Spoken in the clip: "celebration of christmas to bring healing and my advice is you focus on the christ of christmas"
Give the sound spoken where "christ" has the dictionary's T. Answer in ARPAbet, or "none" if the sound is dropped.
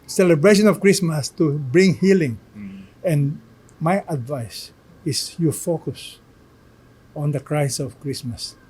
none